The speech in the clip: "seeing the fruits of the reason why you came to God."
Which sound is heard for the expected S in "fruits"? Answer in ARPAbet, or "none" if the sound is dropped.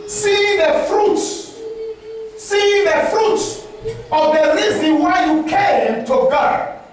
none